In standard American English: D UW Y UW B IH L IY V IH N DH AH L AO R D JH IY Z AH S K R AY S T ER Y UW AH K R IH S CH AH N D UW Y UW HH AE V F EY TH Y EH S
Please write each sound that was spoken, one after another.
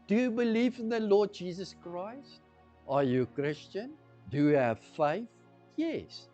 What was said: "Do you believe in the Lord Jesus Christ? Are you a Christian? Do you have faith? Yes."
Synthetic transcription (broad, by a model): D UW Y UW B IH L IY V IH N DH AH L AO D JH IY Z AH S K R AY S T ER Y UW AH K R IH S CH AH N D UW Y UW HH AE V F EY TH Y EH S